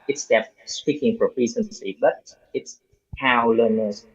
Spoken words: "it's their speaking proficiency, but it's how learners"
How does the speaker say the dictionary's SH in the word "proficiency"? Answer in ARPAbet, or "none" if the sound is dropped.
S